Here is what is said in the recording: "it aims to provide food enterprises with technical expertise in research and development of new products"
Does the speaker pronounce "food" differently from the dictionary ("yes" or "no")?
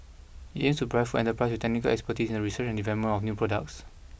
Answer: yes